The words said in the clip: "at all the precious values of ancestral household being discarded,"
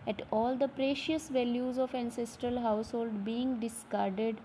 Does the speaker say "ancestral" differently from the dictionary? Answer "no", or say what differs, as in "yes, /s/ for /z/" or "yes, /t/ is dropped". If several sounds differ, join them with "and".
no